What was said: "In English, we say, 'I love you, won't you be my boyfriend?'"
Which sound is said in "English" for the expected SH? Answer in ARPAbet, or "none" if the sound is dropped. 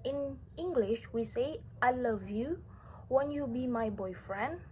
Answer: SH